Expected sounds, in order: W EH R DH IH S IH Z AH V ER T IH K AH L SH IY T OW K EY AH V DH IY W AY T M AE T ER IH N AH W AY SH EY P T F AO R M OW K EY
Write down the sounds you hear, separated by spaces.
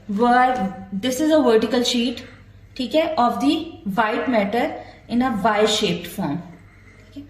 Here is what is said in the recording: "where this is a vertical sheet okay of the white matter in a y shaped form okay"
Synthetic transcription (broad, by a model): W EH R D IH S IH Z AH V ER T IH K AH L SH IY T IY K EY AH V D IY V AY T M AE T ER IH N AH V AY SH EY P T F AO R M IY K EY